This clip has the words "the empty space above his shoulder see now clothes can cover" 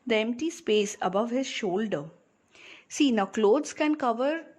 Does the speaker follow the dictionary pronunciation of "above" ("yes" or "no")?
yes